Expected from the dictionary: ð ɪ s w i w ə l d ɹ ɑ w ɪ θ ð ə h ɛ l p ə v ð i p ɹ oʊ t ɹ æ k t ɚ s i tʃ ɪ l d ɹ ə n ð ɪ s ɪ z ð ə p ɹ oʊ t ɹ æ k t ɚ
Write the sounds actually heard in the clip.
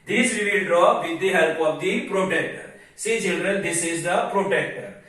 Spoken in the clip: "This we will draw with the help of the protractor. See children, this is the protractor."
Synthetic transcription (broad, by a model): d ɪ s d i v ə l d ɹ ɑ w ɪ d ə h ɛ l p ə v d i p ɹ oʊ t ɛ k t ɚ s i tʃ ɪ l d ɹ ə n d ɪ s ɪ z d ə p ɹ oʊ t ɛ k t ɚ